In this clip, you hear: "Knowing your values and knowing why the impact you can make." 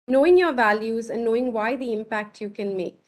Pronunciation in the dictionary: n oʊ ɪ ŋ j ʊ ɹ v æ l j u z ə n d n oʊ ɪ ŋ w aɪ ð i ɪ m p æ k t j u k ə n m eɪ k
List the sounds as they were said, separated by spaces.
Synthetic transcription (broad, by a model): n oʊ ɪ ŋ j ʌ ɹ v æ l j u z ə n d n oʊ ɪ ŋ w aɪ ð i ɪ m p æ k t j u k ə n m eɪ k